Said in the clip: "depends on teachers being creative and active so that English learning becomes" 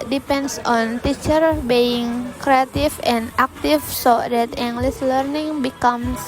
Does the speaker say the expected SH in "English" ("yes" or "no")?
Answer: no